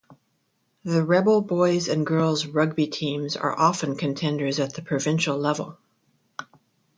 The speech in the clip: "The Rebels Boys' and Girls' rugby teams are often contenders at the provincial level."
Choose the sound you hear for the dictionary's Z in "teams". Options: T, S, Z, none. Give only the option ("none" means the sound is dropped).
Z